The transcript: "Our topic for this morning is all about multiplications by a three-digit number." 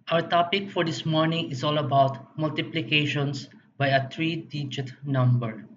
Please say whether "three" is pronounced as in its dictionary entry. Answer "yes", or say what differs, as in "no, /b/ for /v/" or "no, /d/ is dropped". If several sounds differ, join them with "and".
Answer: no, /t/ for /θ/